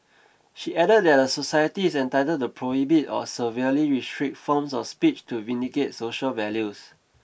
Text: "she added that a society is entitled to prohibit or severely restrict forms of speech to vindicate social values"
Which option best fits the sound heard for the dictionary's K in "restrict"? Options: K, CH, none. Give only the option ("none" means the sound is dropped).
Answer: none